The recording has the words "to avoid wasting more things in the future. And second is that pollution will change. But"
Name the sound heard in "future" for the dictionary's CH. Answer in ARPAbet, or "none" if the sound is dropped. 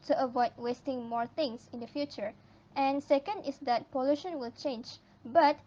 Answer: CH